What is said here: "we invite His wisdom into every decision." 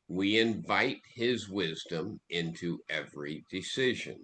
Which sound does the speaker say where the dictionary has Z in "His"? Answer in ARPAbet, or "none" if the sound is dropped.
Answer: Z